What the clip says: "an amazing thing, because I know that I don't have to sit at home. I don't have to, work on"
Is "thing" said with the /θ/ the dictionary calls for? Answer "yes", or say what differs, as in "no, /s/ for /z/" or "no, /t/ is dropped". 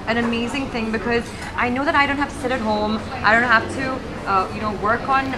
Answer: yes